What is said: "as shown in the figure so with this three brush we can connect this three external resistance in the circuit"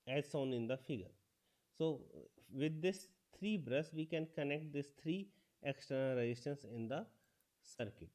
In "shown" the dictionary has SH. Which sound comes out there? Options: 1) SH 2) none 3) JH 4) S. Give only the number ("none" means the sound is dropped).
4